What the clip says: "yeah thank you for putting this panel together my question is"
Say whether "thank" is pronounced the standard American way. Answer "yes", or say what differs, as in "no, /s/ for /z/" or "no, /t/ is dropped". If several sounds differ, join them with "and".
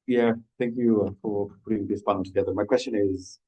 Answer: yes